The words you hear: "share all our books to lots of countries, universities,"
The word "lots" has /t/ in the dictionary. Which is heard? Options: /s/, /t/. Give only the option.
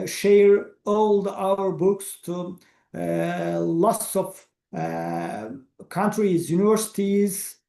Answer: /s/